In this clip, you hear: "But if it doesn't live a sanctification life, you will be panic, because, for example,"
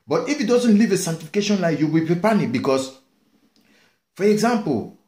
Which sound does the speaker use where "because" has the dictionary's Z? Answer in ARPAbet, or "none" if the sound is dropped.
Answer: S